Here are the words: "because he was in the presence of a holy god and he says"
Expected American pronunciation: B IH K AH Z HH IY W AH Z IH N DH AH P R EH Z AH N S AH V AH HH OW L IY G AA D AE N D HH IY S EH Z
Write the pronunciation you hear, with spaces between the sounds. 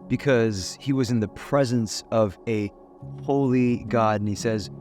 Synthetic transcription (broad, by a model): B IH K AH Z HH IY W AH Z IH N DH AH P R EH Z AH N S AH V AH HH OW L IY G AA D N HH IY S EH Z